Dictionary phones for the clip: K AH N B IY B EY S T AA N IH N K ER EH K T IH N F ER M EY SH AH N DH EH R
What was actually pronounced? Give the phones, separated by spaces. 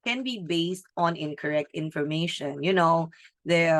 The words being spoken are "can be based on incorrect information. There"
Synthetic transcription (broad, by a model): K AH N B IY B EY S T AA N IH N K ER EH K T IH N F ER M EY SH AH N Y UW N